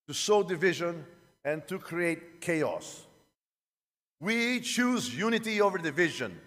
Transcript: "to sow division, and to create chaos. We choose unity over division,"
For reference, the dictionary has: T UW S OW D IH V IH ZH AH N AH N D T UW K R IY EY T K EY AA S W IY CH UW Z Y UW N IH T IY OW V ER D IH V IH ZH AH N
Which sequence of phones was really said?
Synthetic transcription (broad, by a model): T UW S OW D IH V IH ZH AH N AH N T UW K R IY EY T K EY AA S W IY CH UW Z Y UW N IH T IY OW V ER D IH V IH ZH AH N